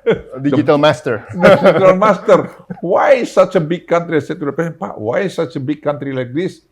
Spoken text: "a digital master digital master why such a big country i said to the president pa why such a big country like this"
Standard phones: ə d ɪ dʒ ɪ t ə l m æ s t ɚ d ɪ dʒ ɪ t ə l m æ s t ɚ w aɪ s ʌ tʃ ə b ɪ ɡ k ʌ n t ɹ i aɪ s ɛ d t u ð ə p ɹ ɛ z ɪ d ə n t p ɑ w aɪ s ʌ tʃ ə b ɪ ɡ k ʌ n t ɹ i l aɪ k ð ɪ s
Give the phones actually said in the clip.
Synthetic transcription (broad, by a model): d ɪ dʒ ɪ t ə l m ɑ s t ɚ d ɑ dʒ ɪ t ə l m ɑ s t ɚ w aɪ s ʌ tʃ ə b ɪ ɡ k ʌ n t ɹ i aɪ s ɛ t u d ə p ɛ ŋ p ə t w aɪ s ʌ tʃ ə b ɪ ɡ k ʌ n t ɹ i l aɪ k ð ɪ s